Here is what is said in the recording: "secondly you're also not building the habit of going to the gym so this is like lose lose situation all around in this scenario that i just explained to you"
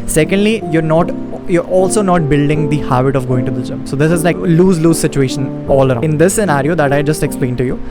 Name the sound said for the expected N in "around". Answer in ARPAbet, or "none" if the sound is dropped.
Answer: none